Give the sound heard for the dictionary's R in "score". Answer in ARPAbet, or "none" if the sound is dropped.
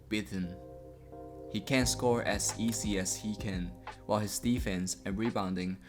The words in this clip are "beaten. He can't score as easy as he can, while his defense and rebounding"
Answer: R